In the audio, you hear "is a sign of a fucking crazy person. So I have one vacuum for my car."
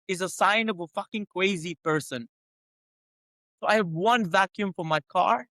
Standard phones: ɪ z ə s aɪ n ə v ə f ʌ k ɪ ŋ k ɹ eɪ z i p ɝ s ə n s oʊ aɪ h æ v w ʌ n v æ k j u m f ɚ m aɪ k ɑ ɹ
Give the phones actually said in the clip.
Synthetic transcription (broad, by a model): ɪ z ə s aɪ n ə v ə f ʌ k ɪ ŋ k w eɪ z i p ɝ s ə n s oʊ aɪ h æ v w ʌ n v æ k j u m f ɚ m aɪ k ɑ ɹ